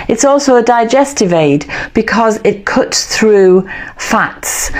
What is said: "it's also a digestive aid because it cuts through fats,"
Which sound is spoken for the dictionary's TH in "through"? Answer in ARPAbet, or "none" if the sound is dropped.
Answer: TH